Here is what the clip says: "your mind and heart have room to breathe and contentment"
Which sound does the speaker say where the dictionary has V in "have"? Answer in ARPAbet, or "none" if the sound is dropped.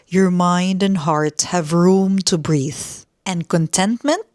V